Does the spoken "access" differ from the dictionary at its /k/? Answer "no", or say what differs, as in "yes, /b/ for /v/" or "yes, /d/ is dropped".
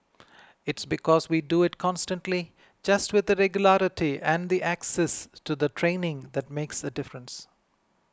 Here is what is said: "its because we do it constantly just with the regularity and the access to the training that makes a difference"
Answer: no